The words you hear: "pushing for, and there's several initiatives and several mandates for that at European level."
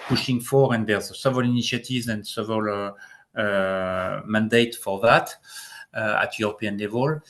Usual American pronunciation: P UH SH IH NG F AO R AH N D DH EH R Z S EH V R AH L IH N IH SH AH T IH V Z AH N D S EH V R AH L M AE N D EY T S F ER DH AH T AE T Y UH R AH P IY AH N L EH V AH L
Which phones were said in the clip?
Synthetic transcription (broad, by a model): P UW SH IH NG F AO R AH N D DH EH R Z S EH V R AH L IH N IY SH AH T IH V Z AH N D S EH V AH L M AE N D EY T F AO DH AH T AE T Y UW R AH P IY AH N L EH V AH L